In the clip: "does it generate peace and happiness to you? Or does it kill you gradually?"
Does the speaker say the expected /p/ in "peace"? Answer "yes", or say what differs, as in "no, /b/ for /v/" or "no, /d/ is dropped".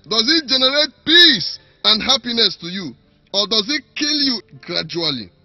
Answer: yes